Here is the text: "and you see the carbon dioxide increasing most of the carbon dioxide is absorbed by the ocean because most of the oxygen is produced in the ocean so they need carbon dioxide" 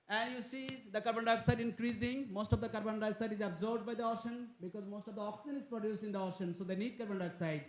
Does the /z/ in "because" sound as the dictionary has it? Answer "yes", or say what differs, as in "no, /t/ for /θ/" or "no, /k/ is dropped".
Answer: yes